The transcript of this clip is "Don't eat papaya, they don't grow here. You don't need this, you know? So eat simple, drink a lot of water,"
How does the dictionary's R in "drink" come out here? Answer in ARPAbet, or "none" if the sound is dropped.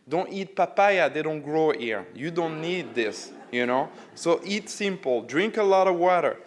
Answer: R